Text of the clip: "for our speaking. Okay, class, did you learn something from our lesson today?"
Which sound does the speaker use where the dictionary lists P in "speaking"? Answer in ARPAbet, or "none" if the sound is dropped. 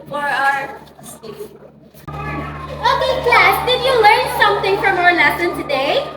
none